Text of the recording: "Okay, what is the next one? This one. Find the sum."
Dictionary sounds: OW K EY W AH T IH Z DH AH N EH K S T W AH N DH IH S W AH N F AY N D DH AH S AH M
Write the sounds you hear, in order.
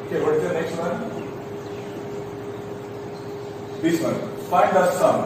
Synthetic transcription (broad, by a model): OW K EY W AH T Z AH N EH K S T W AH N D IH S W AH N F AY D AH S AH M